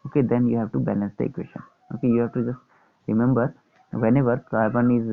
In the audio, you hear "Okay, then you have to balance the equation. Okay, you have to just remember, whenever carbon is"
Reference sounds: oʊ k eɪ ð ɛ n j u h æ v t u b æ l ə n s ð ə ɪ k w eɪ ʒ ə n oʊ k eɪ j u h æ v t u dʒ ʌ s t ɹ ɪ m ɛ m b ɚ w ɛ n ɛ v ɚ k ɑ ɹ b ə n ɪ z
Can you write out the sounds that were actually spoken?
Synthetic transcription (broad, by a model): oʊ k eɪ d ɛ n j u h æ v t u b æ l ə n s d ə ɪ k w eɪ ʃ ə n oʊ k eɪ j u h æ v t u dʒ ʌ s t ɹ ɪ m ɛ m b ɚ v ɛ n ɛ v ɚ k ɑ ɹ b ə n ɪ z